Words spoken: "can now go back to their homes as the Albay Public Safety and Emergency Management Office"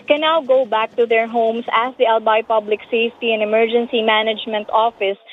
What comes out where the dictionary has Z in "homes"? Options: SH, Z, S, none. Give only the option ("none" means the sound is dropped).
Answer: S